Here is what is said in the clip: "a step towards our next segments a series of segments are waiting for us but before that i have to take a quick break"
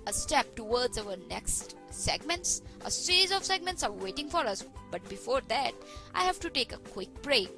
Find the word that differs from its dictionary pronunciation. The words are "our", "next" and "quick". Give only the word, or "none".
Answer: our